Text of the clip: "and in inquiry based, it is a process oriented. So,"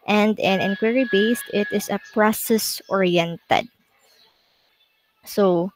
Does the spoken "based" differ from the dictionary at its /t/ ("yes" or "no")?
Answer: no